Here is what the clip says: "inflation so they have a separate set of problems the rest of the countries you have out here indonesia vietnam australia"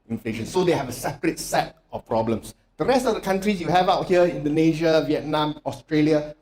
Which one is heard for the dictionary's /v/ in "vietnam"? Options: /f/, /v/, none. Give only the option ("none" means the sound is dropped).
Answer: /v/